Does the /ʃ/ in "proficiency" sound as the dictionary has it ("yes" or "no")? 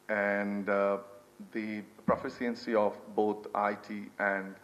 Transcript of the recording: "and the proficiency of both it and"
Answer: no